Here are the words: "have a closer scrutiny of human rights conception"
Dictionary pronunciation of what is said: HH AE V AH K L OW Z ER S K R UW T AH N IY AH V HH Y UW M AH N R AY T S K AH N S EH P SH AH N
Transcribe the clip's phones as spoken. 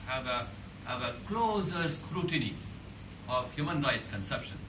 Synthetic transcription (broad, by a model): HH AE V AH K L OW Z ER S K R UW T AH N IY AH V HH Y UW M AH N R AY T S K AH N S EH P SH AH N